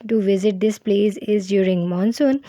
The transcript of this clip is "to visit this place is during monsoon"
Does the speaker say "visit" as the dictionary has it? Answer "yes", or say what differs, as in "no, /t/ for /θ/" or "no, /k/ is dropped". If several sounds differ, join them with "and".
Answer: yes